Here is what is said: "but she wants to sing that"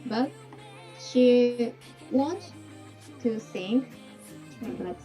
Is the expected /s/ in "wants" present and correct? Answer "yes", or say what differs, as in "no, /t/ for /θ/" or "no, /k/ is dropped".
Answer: no, /s/ is dropped